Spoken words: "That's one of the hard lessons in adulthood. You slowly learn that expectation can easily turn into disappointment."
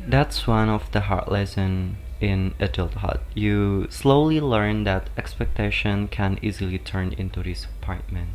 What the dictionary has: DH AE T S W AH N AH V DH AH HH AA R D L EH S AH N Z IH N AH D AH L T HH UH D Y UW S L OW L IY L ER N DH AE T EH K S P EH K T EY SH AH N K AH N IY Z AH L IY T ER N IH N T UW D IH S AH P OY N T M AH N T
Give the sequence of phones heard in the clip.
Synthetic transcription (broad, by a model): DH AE T S W AH N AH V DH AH HH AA R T L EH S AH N IH N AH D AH L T HH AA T Y UW S L OW L IY L ER N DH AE T EH K S P EH K T EY SH AH N K AH N IY Z AH L IY T ER N IH N T UW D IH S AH P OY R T M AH N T